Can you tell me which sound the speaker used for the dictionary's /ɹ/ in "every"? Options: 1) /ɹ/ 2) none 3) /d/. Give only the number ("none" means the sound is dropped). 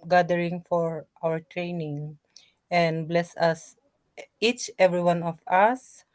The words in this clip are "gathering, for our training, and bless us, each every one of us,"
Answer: 1